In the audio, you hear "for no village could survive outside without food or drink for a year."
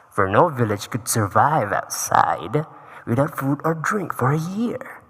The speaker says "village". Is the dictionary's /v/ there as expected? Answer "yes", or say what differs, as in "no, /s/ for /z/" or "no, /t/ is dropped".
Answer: yes